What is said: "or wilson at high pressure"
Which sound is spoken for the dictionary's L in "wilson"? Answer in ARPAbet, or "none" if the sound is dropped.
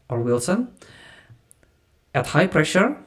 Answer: L